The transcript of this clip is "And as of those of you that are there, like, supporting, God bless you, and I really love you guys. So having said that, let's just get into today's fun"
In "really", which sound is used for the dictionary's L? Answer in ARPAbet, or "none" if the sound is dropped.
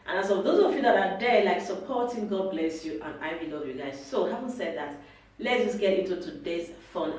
W